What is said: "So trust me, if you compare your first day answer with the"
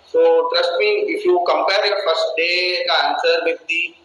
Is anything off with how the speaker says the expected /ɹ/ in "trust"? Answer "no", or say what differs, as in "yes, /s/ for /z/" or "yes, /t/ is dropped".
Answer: no